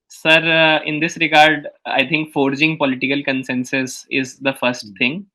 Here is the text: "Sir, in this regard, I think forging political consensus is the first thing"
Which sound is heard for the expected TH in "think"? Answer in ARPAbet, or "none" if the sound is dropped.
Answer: T